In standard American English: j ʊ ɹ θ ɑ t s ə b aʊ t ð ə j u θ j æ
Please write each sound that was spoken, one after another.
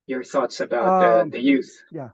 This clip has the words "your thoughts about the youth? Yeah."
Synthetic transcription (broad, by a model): j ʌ ɹ θ ɑ t s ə b aʊ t ð ə j u θ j